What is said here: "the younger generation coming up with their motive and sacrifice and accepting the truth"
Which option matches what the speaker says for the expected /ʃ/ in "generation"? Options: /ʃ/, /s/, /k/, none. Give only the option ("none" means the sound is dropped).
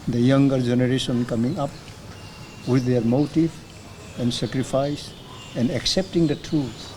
/s/